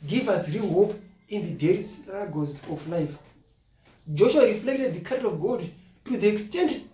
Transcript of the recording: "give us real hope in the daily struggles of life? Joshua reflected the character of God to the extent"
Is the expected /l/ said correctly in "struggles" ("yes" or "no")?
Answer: no